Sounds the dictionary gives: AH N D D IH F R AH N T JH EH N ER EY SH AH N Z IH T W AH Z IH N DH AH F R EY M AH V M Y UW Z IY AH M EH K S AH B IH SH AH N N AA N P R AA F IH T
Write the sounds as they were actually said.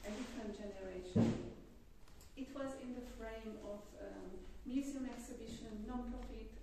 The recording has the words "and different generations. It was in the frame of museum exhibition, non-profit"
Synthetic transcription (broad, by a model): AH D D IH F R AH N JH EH N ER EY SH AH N IH T W AH Z IH N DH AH F R EY M AH V M Y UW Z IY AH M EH K S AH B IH SH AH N N AA N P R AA F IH T